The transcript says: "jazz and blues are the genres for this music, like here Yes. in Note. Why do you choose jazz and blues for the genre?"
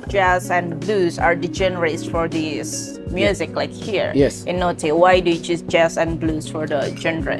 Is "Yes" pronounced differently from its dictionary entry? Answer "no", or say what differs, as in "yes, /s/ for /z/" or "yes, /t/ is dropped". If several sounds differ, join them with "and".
yes, /s/ is dropped